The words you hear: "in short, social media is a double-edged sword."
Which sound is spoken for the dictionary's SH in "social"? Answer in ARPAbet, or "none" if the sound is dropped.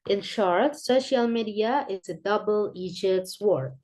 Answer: SH